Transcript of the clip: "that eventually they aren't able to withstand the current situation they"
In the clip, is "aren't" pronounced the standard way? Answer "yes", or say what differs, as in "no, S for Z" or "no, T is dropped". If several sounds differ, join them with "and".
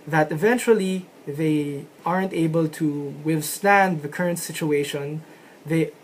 yes